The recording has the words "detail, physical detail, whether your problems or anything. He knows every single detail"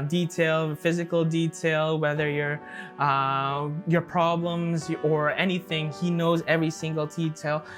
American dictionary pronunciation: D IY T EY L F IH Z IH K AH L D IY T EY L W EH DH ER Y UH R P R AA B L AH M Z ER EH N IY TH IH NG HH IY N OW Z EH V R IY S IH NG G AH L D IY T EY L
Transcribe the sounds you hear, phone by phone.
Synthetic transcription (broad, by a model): D IY T EY L F IH Z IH K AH L D IY T EY L W EH DH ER Y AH R P R AA B L AH M Z ER EH N IY TH IH NG HH IY N OW Z EH V R IY S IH NG G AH L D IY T EY L